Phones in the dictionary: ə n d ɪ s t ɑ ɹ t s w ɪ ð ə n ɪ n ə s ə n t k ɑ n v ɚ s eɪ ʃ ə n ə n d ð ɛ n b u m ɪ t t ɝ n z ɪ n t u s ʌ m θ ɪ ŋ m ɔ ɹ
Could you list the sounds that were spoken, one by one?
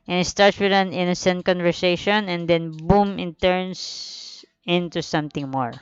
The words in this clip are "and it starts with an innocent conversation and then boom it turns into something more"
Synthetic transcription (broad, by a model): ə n ɪ s t ɑ ɹ t s w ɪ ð ə n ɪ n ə s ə n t k ɑ n v ɚ s eɪ ʃ ə n ə n d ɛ n b u m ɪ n t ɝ n s ɪ n t u s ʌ m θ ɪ ŋ m ɔ ɹ